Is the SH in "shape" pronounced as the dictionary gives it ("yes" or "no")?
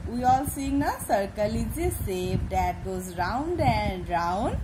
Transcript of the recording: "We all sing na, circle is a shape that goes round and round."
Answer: no